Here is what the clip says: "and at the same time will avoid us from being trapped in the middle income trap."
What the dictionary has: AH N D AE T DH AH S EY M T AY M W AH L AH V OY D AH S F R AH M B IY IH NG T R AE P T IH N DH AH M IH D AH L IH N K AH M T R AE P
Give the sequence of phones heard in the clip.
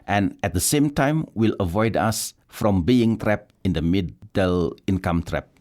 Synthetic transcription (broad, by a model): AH N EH T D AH S EY M T AY M W AH L AH V OY D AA S F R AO M B IY IH NG T R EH P IH N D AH M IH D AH L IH N K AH M T R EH P